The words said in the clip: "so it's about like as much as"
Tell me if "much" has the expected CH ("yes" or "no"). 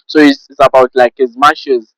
no